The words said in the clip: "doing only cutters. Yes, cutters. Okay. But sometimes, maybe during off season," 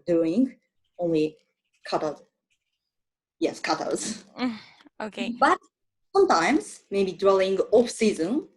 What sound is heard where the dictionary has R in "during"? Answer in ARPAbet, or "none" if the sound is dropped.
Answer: L